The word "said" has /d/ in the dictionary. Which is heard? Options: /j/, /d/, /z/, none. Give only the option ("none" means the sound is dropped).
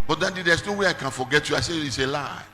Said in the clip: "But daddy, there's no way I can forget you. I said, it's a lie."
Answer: none